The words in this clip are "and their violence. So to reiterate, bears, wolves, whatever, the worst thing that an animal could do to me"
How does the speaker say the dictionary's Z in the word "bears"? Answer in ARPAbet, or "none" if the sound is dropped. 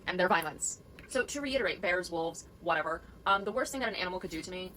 Z